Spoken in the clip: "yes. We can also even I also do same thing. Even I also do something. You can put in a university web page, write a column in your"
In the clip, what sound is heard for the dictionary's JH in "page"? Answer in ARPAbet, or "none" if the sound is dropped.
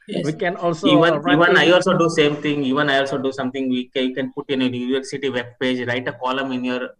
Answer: JH